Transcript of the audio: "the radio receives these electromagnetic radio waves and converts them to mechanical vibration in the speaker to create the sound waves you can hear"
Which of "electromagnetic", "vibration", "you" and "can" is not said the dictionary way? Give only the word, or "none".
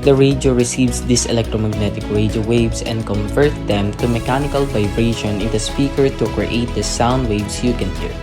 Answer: none